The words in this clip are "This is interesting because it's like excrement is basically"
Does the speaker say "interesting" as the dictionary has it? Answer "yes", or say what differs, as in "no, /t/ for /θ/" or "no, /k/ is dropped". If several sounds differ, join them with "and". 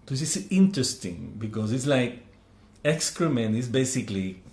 yes